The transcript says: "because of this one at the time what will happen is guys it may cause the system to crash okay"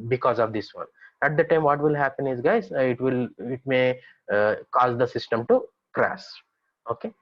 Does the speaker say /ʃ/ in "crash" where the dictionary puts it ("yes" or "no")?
no